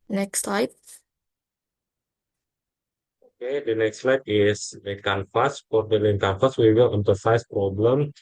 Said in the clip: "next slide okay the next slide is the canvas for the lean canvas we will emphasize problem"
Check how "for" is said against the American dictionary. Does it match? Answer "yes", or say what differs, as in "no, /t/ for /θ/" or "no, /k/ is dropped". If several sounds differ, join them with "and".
no, /p/ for /f/